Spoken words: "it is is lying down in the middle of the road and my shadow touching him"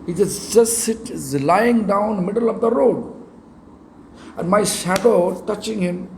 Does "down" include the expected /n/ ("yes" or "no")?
no